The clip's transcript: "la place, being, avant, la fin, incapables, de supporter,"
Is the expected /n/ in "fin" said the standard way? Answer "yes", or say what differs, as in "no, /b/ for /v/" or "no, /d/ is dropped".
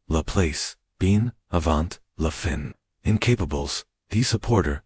yes